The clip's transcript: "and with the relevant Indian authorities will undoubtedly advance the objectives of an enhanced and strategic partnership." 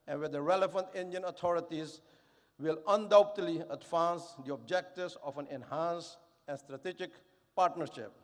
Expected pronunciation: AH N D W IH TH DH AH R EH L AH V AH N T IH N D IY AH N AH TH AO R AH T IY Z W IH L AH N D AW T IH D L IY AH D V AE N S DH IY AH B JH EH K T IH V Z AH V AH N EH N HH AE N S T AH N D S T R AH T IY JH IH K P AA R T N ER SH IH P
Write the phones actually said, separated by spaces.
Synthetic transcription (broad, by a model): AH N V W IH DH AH R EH L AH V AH N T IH N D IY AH N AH T AO R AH T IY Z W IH L AH N D AW T IH D L IY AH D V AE N S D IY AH B JH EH K T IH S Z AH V AH N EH N HH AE N S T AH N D S T R AH T IY JH IH K P AA R T N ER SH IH P